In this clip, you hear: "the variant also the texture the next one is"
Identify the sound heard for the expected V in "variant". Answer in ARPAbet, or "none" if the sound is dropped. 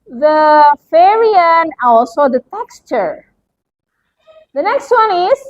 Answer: F